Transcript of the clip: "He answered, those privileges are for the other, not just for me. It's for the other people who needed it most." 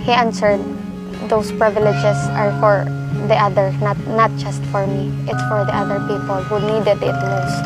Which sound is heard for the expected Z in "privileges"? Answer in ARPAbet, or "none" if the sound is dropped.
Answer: S